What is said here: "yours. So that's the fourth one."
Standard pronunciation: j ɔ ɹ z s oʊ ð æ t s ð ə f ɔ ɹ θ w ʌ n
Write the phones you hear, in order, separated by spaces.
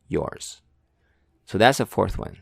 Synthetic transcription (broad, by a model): j ɔ ɹ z s oʊ ð æ t s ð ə f ɔ ɹ θ w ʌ n